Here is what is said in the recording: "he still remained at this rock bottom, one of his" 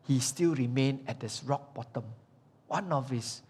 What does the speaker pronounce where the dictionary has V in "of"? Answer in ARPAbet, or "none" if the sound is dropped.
F